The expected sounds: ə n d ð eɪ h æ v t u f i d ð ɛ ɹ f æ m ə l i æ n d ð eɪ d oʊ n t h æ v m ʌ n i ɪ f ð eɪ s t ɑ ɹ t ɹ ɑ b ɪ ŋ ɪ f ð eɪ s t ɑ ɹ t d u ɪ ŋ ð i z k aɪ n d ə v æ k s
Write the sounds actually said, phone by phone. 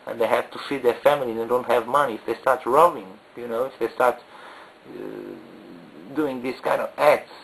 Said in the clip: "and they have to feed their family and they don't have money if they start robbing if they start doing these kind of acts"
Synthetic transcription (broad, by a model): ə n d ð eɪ h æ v t u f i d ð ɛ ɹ f æ m ə l i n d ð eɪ d oʊ n t h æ v m ʌ n i ɪ f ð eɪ s t ɑ ɹ t ɹ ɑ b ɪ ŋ ɪ f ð eɪ s t ɑ ɹ t d u ɪ ŋ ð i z k aɪ n d ə v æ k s